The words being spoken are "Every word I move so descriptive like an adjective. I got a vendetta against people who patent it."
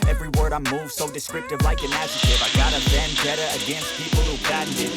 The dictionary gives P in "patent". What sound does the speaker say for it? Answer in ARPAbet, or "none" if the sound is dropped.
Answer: B